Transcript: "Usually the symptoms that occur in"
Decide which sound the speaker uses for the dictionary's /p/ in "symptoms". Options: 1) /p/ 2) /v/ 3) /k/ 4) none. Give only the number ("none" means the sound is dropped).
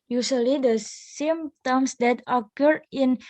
4